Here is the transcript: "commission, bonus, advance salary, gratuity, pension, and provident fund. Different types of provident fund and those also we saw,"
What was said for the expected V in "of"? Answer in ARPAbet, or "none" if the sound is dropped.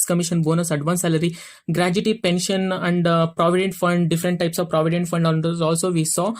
V